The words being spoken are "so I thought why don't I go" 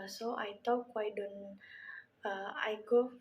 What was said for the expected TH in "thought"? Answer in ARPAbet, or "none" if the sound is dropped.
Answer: T